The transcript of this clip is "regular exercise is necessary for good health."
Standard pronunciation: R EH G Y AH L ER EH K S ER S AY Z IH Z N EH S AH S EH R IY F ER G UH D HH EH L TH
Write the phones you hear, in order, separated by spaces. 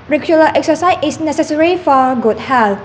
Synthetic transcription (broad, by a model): R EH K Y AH L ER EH K S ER S AY S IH S N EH S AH S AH R IY F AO G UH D HH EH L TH